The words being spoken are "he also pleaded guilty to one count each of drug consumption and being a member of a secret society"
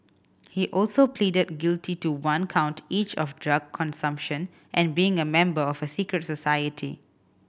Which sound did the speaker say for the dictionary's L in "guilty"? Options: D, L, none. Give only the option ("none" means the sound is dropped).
L